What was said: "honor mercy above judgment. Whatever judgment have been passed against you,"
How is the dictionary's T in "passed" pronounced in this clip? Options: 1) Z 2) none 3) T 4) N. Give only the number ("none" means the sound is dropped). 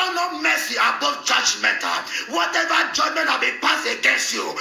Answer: 2